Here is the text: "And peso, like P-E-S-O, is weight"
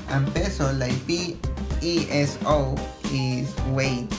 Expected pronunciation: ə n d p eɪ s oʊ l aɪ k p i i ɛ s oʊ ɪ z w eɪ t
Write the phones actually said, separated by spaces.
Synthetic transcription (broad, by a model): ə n p eɪ s oʊ l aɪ p i i ɛ s oʊ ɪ s w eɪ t